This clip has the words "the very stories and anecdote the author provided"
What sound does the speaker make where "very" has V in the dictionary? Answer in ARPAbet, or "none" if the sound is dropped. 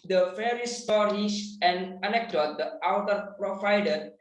F